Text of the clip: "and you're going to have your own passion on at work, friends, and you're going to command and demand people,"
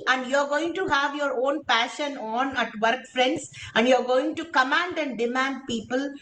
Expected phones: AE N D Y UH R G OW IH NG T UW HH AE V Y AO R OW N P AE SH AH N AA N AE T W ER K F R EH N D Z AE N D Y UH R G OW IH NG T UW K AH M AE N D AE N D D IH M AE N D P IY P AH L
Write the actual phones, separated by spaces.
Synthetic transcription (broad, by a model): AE N D Y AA R G OW IH NG T UW HH AE V Y AO R OW N P AE SH AH N AA N AE T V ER K F R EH N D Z AE N D Y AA R G OW IH NG T UW K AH M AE N D AE N D D IH M AE N D P IY P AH L